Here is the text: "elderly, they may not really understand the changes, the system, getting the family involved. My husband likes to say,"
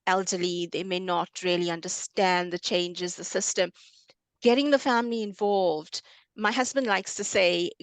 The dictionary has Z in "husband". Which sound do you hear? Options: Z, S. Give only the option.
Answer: Z